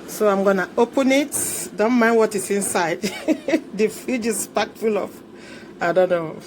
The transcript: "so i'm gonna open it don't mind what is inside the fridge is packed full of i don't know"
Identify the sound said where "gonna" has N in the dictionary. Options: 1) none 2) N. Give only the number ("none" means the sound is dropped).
2